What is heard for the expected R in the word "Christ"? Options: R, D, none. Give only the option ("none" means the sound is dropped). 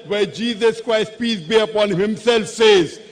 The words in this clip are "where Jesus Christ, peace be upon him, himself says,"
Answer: R